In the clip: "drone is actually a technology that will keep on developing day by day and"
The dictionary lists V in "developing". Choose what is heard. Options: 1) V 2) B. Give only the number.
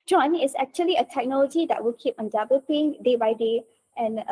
2